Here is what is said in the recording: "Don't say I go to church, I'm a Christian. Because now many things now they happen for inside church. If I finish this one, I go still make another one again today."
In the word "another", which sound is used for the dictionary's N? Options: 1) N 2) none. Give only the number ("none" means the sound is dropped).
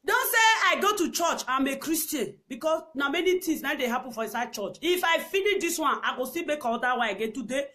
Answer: 2